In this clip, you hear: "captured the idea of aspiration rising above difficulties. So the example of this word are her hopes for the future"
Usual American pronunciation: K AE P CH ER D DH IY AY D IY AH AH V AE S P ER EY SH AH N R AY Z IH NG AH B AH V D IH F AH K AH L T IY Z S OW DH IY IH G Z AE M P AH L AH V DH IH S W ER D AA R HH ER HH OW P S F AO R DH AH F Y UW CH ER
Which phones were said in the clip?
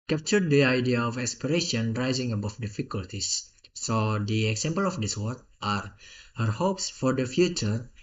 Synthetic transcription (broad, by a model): K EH P CH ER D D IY AY D IY AH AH F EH S P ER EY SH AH N R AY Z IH NG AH B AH F D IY F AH K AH L T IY S OW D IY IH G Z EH M P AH L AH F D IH S W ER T AA R HH ER HH OW P S F AO R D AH F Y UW CH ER